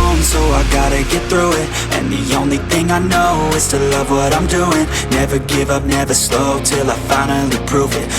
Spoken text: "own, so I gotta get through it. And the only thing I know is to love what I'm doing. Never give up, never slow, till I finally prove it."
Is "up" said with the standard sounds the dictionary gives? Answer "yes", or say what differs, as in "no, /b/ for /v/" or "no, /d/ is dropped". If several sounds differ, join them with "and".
yes